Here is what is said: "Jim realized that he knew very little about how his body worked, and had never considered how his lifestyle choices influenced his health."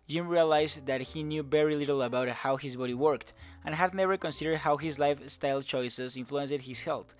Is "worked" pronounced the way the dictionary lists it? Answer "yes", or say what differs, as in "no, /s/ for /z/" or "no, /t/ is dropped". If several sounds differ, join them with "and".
yes